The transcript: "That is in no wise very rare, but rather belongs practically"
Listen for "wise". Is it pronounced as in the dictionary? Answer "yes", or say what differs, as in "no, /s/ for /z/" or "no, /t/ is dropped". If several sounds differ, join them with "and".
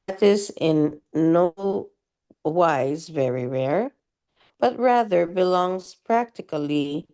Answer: yes